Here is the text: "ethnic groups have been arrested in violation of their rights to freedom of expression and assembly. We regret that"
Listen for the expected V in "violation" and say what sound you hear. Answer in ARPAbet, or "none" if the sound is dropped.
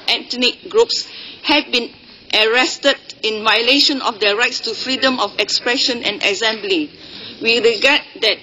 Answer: V